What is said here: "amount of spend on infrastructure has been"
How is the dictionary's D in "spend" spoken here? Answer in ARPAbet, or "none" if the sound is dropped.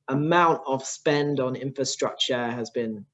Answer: D